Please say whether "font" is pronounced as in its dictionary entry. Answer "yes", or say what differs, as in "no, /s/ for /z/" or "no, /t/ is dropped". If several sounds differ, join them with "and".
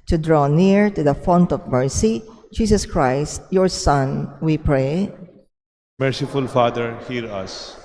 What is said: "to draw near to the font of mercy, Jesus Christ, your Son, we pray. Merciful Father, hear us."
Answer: yes